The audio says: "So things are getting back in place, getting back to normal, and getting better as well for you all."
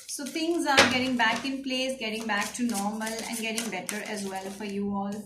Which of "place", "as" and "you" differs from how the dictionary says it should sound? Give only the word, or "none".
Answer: none